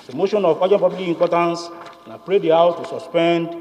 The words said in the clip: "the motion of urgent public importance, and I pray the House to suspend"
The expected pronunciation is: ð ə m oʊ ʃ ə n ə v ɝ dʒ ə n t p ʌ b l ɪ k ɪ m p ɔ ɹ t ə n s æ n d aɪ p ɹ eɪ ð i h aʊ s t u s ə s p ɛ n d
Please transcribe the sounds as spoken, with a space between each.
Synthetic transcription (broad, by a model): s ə m oʊ ʃ ə n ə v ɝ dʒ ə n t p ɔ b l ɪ ɪ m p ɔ t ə n s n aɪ p ɹ eɪ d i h aʊ t u s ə s p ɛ n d